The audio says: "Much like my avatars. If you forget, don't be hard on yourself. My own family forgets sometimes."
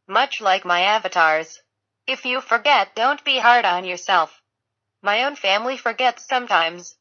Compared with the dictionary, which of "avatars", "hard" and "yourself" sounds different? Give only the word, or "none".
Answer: none